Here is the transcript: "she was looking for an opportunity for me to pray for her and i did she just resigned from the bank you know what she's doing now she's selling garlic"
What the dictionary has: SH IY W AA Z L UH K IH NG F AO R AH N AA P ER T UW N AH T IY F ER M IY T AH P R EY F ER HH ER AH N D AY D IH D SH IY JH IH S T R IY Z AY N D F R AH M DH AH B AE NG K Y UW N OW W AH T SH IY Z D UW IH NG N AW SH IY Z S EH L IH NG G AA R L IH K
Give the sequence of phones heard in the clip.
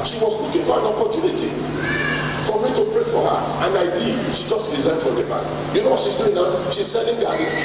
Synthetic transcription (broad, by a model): SH IY W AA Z W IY K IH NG F AO R AH N AA P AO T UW N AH T IY F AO M IY T AH P R EY F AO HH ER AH N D AY D IH D SH IY JH IH S T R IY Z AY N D F R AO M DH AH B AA K Y UW N OW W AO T SH IY Z D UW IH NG N AW SH IY Z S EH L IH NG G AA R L